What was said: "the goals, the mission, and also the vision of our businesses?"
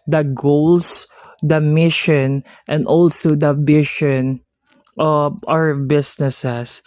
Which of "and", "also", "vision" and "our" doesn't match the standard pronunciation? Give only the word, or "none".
vision